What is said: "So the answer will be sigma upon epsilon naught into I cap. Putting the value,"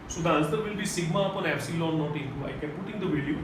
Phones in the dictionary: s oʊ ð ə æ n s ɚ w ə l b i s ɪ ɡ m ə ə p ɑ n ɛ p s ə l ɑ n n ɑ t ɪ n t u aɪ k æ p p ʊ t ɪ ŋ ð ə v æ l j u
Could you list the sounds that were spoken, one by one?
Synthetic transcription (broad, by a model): s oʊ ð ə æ l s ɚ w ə l b i s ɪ ɡ m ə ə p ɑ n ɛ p s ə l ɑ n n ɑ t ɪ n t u aɪ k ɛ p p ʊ t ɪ ŋ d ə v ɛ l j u